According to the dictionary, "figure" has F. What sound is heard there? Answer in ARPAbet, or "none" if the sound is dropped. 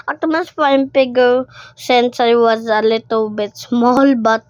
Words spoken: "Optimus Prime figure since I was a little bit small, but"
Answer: P